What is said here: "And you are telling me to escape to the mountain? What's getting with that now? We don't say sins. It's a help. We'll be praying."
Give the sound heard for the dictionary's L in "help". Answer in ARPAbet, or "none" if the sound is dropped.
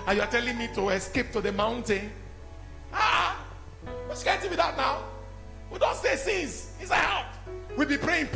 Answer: none